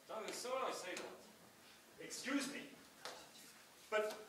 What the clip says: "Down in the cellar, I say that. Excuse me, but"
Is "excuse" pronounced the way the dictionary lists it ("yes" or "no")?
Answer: yes